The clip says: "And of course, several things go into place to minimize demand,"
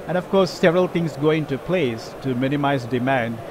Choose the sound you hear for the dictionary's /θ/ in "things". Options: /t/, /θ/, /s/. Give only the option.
/t/